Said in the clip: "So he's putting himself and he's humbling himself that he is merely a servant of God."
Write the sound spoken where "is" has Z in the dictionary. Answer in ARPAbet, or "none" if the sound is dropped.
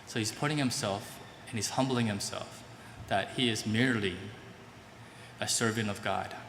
Z